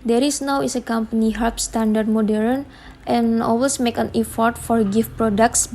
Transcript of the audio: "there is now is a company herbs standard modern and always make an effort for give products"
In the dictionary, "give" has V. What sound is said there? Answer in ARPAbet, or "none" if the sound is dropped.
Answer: F